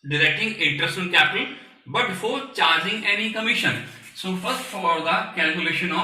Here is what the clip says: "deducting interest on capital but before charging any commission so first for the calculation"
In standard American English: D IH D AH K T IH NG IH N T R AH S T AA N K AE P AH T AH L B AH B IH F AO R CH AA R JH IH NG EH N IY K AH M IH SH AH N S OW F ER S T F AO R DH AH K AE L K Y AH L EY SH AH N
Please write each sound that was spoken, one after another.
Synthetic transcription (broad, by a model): D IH D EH K T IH NG IH N T R AH S T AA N K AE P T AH N B AH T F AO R CH AA R JH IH NG EH N IY K AH M IH SH AH N S OW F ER S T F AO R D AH K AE L K Y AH L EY SH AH N